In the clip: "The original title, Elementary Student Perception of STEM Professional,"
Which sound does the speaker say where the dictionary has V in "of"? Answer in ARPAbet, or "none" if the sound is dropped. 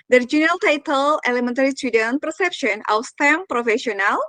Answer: W